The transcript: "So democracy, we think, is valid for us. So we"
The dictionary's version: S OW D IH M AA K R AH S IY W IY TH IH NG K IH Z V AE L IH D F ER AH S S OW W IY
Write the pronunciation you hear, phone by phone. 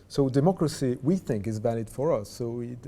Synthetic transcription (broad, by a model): S OW D IH M AA K R AH S IY W IY TH IH NG K IH Z V AE L IH D F ER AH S S OW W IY